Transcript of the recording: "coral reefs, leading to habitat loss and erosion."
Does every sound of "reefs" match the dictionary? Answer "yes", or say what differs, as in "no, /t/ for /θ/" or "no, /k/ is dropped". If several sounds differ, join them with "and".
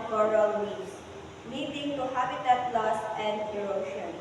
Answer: no, /f/ is dropped